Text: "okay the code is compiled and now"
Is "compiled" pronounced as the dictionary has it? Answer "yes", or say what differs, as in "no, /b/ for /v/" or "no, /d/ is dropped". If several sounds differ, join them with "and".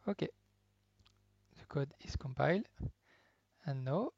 yes